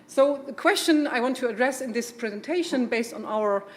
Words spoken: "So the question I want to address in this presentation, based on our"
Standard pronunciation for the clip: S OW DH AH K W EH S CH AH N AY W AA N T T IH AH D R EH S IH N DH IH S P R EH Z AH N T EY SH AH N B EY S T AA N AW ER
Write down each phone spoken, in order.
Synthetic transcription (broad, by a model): S OW DH AH K W EH S CH AH N AY W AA N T T IH AH D R EH S IH N DH IH S P R EH Z AH N T EY SH AH N B EY S T N AW ER